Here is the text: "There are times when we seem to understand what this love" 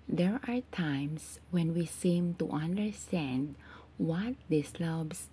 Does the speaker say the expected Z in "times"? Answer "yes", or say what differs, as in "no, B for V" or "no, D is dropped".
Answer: no, S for Z